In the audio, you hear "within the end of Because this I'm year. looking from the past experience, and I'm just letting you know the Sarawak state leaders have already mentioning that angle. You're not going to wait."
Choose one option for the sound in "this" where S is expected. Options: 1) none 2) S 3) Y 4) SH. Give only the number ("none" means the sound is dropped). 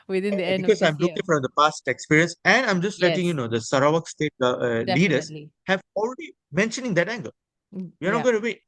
1